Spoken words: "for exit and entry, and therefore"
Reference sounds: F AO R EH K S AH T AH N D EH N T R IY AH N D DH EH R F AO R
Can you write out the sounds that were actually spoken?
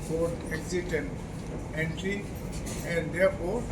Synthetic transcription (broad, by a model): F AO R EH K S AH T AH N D EH N T R IY AH N D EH R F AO R